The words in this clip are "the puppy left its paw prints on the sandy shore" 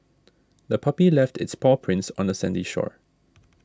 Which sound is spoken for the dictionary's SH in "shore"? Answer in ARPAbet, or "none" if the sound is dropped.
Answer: SH